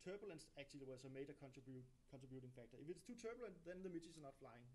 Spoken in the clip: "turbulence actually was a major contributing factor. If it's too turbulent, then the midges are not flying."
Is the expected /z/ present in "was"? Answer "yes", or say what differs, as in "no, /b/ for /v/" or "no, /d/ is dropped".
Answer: no, /s/ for /z/